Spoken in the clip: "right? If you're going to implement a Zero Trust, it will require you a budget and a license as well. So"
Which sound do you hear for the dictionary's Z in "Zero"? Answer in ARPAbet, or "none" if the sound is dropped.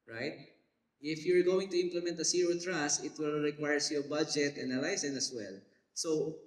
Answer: S